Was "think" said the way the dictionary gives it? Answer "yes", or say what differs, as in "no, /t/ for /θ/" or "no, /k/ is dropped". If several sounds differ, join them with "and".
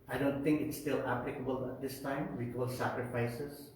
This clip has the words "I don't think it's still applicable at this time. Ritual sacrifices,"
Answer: no, /t/ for /θ/